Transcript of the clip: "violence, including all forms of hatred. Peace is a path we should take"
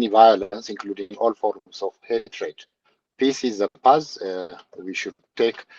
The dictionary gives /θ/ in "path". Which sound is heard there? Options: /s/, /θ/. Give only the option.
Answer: /s/